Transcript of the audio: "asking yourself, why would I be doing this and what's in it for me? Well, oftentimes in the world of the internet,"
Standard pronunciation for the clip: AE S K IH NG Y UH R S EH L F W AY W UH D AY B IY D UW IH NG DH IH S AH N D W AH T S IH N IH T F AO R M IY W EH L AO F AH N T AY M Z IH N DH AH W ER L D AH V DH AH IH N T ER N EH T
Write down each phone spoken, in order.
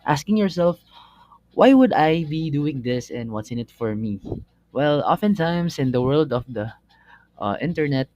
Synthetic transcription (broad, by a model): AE S K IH NG Y UH R S EH L F W AY W UH D AY B IY D UW IH NG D IH S AH N D W AH T S IH N IH T F AO R M IY W EH L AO F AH N T AY M S IH N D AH W ER L D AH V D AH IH N T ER N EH T